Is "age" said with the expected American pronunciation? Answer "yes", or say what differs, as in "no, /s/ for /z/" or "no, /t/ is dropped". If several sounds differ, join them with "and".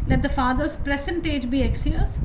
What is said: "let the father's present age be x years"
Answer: yes